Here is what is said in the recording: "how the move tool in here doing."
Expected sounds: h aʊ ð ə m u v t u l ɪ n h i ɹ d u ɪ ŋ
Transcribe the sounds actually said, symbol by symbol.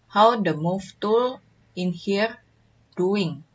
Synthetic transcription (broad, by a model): h aʊ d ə m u f t u l ɪ n h i ɹ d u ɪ ŋ